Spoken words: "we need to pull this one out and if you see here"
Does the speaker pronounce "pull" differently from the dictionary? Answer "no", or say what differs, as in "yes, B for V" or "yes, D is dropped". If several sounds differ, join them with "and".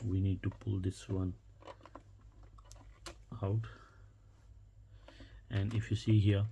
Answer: no